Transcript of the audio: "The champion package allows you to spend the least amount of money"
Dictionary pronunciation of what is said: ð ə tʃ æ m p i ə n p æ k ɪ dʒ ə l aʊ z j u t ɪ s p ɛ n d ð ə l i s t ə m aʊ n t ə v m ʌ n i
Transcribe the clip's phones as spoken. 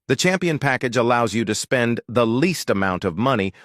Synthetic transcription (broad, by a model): ð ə tʃ æ m p i ə n p æ k ɪ dʒ ə l aʊ z j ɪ t ɪ s p ɛ n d ð ə l i s t ə m aʊ n t ə v m ʌ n i